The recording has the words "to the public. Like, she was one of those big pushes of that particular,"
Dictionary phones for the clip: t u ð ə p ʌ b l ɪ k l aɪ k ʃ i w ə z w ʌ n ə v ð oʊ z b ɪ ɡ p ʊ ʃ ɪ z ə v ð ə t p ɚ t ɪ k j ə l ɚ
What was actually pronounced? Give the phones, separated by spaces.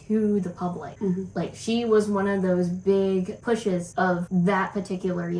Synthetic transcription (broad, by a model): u ð ə p ʌ b l ɪ k l aɪ k ʃ i w ə z w ʌ n ə v ð oʊ z b ɪ ɡ p ʊ ʃ ɪ z ə v ð ə t p ɚ t ɪ k j l ɚ